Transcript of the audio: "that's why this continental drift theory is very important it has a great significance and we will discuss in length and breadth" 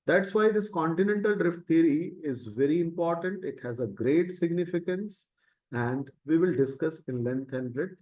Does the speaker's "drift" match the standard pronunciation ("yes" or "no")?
yes